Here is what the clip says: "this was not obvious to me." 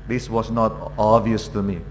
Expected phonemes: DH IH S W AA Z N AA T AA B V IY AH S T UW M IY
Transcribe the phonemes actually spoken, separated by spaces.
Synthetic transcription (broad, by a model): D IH S W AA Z N AA T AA V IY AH S T UW M IY